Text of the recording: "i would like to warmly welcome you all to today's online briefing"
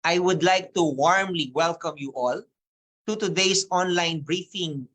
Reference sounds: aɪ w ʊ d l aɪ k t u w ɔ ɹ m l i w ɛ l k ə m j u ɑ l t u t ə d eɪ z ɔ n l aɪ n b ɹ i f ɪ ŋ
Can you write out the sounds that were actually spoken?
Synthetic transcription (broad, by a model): aɪ w ʊ d l aɪ k t u w ɔ ɹ m l i w ɛ l k ə m j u ɑ l t u t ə d eɪ s ɔ n l aɪ n b ɹ i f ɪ ŋ